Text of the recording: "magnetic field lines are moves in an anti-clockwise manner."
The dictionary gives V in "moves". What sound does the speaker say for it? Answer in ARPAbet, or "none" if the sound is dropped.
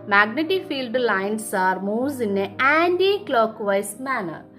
none